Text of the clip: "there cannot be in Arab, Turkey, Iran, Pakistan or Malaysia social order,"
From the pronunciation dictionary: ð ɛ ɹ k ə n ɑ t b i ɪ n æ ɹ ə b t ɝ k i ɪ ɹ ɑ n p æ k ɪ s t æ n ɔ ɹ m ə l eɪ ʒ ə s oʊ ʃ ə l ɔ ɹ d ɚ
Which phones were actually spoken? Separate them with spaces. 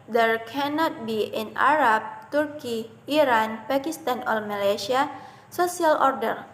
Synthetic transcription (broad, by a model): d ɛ ɹ k ə n ɑ t b i ɪ n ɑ ɹ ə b t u k i ɪ ɹ ɑ n p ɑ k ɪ s t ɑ n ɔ l m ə l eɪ ʃ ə s oʊ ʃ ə l ɔ ɹ d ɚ